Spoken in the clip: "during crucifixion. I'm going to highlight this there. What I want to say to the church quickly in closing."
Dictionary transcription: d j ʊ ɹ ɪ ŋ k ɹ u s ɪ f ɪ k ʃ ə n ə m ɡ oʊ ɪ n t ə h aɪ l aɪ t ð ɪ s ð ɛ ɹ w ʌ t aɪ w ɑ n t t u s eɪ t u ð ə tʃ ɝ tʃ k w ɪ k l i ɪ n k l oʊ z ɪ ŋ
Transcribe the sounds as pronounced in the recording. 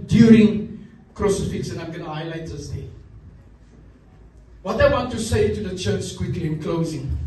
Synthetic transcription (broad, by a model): d j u ɹ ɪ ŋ k ɹ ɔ s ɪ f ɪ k s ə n ə m ɡ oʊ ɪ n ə h aɪ l aɪ t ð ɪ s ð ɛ w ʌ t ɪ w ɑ n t t u s eɪ t u ð ə tʃ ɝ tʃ k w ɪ k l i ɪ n k l oʊ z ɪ ŋ